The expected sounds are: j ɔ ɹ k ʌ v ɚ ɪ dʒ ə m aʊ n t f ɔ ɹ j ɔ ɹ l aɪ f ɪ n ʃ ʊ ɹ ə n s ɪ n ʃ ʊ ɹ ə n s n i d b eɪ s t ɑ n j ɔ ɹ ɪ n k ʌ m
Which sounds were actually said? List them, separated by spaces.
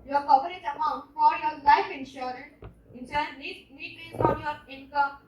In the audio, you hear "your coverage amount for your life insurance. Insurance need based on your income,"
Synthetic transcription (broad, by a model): j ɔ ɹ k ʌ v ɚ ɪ z ə m aʊ n t f ɔ ɹ j ɔ ɹ l aɪ f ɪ n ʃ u ɹ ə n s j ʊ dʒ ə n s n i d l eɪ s ɑ n j ɔ ɹ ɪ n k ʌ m